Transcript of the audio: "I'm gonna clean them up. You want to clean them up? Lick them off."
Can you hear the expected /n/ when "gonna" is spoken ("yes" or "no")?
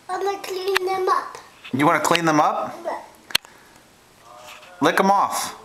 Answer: no